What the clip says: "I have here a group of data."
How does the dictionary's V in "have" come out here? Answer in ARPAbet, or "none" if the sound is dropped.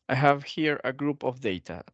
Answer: V